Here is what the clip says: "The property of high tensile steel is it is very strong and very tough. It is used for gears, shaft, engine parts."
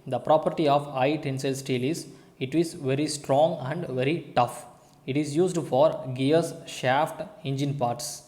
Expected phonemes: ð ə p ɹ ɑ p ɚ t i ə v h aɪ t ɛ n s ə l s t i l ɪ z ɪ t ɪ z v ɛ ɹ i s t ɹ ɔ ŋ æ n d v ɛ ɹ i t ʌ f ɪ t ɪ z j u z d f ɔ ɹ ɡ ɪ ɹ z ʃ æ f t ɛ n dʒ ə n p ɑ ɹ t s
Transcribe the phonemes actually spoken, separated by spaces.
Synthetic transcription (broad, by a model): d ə p ɹ ɑ p ɚ t i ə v aɪ t ɛ n s ə l s t i l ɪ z ɪ t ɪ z v ɛ ɹ i s t ɹ ɔ ŋ æ n d v ɛ ɹ i t ʌ f ɪ t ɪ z j u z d f ɔ ɹ ɡ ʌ ɹ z ʃ æ f t ɛ n dʒ ə n p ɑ ɹ t s